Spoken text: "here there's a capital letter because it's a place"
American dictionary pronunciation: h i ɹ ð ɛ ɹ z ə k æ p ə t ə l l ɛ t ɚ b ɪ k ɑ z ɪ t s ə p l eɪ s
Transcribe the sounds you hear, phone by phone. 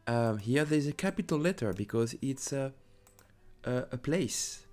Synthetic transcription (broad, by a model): h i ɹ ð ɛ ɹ z ə k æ p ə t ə l l ɛ t ɚ b ɪ k ɑ z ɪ t s ə p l eɪ s